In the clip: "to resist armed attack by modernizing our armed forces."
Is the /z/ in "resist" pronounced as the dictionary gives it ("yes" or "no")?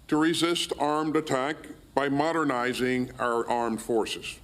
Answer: yes